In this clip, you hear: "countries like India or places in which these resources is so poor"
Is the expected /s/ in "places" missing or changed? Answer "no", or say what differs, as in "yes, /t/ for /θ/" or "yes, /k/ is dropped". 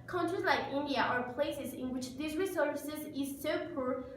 no